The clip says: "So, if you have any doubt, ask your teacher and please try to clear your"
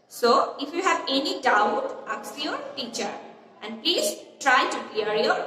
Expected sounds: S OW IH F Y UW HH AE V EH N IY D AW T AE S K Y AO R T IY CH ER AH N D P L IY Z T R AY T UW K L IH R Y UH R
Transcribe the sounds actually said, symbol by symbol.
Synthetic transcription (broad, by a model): S OW IH F Y UW HH AE V EH N IY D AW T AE K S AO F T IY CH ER AH N D P L IY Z T R AY T UW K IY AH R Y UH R